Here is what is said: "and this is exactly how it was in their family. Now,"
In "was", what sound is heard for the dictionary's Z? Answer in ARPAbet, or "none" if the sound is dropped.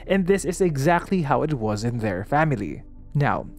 Z